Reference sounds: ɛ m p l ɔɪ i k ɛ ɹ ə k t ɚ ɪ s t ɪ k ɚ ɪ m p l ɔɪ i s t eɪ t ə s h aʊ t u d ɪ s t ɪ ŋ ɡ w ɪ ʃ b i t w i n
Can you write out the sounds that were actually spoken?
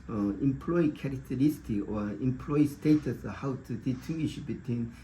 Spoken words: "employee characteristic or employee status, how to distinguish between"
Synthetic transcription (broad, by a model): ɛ m p l ɔɪ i k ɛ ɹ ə k t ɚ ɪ s t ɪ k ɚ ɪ m p l ɔɪ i s t eɪ t ə s h aʊ t u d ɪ t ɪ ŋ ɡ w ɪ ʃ b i t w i n